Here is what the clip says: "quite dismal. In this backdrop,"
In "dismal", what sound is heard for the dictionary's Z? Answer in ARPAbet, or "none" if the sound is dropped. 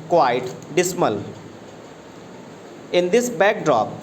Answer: S